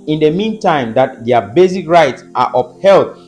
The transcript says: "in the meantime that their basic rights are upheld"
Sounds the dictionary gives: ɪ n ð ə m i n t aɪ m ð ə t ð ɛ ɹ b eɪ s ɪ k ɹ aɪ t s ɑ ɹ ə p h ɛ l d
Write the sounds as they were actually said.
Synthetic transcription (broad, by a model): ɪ n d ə m i n t aɪ m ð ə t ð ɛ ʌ b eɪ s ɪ k ɹ aɪ t s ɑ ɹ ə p h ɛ l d